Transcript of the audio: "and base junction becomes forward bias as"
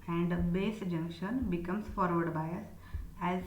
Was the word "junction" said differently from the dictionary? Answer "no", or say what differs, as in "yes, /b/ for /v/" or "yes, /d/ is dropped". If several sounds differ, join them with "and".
no